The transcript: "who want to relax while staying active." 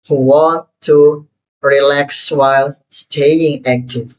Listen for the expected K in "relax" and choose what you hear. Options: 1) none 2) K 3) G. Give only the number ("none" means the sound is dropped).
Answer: 2